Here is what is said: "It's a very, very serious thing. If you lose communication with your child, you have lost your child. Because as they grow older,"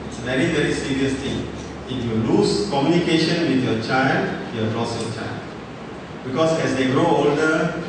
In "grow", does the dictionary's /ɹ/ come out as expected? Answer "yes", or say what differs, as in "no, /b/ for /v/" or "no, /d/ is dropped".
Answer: yes